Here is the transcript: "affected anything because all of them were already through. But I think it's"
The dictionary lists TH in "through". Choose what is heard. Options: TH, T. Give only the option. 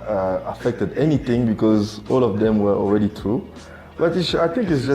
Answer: T